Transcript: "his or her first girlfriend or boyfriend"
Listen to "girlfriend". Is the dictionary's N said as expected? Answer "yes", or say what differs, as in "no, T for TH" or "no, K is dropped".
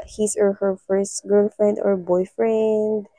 yes